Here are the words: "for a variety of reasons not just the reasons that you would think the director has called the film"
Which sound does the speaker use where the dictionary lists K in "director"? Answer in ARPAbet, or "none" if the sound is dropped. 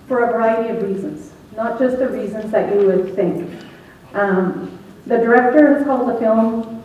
K